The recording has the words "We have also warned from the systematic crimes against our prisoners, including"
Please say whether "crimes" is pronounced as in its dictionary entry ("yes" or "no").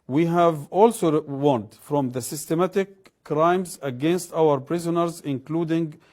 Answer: yes